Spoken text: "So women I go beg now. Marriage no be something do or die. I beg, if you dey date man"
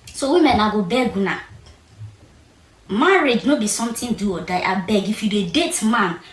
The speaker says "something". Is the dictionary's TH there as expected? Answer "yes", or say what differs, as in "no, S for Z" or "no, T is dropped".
no, T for TH